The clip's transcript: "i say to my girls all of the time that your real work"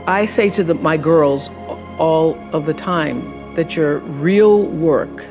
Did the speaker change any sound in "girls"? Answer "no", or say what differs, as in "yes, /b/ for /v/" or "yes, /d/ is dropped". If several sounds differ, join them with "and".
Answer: no